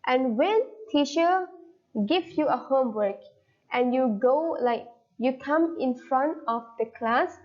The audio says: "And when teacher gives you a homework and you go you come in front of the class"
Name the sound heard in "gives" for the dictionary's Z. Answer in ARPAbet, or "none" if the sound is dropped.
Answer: none